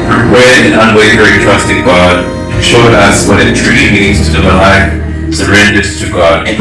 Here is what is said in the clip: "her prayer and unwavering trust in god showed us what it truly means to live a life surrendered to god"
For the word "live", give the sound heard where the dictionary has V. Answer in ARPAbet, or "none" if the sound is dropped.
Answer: none